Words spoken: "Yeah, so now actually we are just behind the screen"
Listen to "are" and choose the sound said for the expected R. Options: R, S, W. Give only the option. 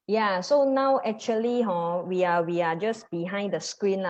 W